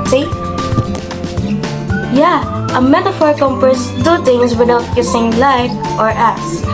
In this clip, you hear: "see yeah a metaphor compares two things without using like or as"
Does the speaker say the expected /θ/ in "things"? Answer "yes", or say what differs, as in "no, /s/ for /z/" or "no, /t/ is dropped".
no, /t/ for /θ/